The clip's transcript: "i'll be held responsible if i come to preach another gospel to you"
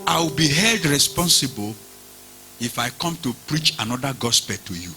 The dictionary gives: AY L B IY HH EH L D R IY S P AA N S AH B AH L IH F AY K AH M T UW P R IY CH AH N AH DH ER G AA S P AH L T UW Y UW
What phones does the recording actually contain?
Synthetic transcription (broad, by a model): AY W B IY HH EH L D R IY S P AA N S AH B AH L IH F AY K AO M T UW P R IY CH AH N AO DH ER G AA S P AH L T UW Y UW